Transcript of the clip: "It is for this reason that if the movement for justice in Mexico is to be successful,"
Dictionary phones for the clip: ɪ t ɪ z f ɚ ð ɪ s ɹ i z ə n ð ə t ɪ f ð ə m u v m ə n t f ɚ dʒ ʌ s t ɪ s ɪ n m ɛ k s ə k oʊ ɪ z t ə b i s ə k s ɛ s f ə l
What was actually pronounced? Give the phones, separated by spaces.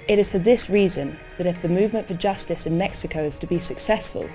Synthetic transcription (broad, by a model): ɪ t ɪ z f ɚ ð ɪ s ɹ i z ə n ð ə t ɪ f ð ə m u v m ə n t f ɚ dʒ ʌ s t ɪ s ɪ n m ɛ k s ə k oʊ ɪ z t ə b i s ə k s ɛ s f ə l